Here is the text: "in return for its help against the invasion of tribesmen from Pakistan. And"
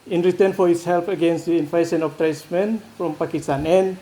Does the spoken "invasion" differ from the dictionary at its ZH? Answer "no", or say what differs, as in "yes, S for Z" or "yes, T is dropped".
yes, S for ZH